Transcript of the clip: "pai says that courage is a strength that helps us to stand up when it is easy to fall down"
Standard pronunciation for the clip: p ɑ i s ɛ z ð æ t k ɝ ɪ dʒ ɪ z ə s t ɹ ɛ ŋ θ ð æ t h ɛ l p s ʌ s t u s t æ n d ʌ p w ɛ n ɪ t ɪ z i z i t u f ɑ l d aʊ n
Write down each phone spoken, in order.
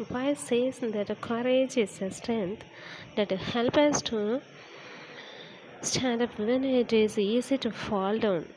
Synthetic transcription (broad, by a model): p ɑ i s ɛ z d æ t k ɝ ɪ dʒ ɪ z ə s t ɹ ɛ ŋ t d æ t h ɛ l p ʌ s t u s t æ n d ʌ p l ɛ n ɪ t ɪ z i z i t u f ɑ l d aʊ n